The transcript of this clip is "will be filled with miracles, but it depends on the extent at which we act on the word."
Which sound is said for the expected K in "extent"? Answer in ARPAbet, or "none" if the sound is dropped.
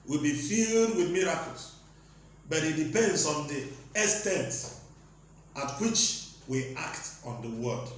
none